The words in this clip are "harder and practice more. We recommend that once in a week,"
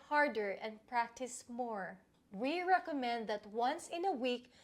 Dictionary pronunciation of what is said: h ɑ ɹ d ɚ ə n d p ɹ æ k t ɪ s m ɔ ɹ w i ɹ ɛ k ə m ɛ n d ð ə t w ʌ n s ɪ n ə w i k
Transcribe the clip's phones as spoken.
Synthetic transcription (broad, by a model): h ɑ ɹ d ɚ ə n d p ɹ æ k t ɪ s m ɔ ɹ w i ɹ ɛ k ə m ɛ n d ð ə t w ʌ n s ɪ n ə w i k